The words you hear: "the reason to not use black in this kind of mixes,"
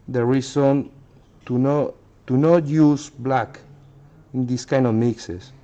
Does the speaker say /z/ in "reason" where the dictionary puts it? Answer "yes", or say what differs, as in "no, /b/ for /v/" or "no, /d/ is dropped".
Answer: no, /s/ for /z/